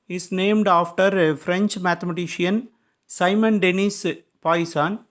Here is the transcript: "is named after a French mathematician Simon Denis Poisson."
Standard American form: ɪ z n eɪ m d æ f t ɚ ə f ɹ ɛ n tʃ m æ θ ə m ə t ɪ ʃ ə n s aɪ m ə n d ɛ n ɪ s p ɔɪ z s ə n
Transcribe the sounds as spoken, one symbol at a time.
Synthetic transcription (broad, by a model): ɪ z n eɪ m d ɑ f t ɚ f ɹ ɛ n tʃ m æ t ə m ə t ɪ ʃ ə n s aɪ m ə n d ɛ n ɪ s p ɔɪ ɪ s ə n